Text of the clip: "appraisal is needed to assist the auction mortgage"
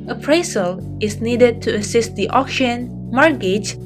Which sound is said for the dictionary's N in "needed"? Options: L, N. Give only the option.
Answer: N